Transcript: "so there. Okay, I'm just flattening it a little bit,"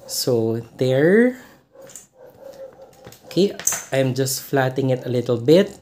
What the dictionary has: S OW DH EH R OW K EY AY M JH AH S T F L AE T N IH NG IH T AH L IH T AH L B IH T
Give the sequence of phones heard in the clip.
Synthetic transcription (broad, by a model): S OW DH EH R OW K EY AY M JH AH S T F L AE T IH NG IH T AH L IH T AH L B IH T